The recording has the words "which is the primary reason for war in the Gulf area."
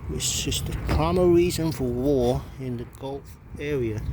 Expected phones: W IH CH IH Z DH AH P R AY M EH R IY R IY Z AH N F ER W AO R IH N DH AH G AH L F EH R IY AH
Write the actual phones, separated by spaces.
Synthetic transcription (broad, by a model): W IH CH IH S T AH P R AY M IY R IY Z AH N F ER W AO R IH N DH AH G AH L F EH R IY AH